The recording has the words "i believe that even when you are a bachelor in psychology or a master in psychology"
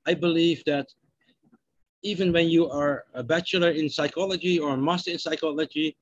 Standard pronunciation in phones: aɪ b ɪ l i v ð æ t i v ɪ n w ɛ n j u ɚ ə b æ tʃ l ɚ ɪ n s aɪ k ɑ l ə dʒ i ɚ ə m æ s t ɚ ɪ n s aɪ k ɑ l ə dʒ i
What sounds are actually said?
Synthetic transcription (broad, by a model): aɪ b ɪ l i v ð æ t i v ɪ n w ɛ n j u ɚ ə b æ tʃ l ɚ ɪ n s aɪ k ɑ l ə dʒ i ɚ ə m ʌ s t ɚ ɪ n s aɪ k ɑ l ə dʒ i